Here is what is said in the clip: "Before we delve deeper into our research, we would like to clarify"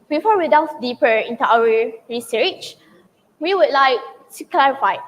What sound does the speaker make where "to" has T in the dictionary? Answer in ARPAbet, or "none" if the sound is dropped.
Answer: S